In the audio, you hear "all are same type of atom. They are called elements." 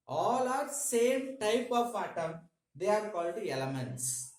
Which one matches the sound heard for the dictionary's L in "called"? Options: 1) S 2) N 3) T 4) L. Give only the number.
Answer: 4